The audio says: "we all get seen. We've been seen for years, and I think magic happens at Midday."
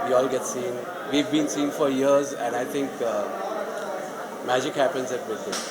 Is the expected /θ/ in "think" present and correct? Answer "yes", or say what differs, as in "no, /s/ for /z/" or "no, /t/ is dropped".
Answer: no, /t/ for /θ/